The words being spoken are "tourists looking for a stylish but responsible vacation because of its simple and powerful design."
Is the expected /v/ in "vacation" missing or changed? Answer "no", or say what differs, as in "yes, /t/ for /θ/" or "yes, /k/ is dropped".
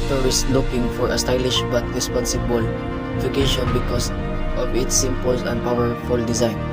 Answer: yes, /f/ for /v/